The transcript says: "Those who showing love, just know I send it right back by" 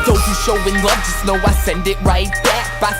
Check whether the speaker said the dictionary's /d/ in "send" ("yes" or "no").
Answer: yes